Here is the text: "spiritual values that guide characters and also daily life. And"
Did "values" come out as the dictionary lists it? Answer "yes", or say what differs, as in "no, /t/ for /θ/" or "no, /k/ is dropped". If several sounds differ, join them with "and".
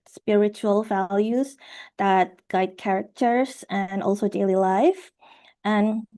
yes